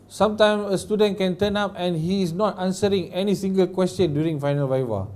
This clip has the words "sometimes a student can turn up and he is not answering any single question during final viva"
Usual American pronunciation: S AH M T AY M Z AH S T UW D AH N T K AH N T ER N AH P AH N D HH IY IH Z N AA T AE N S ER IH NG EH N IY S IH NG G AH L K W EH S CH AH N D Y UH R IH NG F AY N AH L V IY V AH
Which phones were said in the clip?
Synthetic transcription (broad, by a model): S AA M T AY M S AH S T UW D AH N T K AH N T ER N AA P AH N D HH IY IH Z N AA T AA N S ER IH NG EH N IY S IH NG G AH L K W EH S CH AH N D Y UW R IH NG F AY N AH L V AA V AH